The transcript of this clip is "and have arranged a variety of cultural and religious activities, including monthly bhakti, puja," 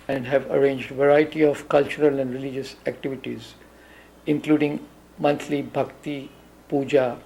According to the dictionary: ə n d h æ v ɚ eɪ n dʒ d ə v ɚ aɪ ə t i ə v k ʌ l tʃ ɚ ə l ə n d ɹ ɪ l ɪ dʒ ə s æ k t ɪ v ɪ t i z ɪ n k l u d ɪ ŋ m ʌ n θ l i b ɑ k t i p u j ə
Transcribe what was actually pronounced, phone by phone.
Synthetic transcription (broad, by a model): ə n d h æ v ɚ eɪ n dʒ d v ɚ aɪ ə t i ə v k ʌ l tʃ ɚ ə l ə n d ɹ ɪ l ɪ dʒ ə s æ k t ɪ v ɪ t i z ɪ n k l u d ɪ ŋ m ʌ n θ l i b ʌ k t i p u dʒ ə